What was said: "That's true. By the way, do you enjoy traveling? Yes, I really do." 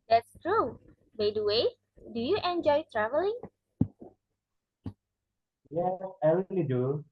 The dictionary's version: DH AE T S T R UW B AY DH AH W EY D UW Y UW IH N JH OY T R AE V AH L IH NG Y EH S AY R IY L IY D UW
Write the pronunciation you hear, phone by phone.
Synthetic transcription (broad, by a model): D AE T S T R UW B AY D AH W EY D UW Y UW IH N JH OY T R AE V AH L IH NG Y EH AY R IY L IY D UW